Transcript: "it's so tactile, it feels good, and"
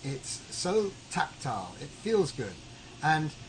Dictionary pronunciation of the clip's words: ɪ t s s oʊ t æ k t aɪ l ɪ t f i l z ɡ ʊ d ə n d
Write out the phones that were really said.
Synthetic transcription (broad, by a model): ɪ t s s oʊ t æ k t aɪ l ɪ t f i l z ɡ ʊ d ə n